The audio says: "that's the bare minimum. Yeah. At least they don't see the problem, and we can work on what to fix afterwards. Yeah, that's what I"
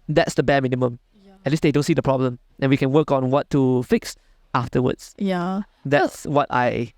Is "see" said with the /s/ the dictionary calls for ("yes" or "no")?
yes